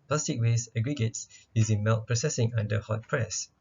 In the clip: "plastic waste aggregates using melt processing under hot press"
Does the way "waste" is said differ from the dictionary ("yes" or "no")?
yes